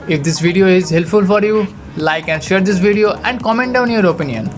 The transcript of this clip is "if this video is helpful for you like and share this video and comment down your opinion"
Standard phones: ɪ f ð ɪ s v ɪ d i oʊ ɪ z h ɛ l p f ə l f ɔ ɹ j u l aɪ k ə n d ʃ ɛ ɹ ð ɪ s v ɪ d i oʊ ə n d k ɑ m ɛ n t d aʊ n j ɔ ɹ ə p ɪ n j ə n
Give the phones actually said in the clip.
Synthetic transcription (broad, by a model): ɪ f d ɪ s v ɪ d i oʊ ɪ z h ɛ l p f ə l f ɔ ɹ j u l aɪ k ə n d ʃ ɛ ɹ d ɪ s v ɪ d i oʊ ə n d k ɑ m ɛ n t d aʊ n j ɔ ɹ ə p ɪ n j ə n